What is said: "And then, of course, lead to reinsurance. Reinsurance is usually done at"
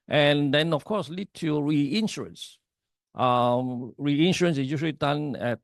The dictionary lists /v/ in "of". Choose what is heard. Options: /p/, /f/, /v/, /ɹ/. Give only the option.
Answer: /f/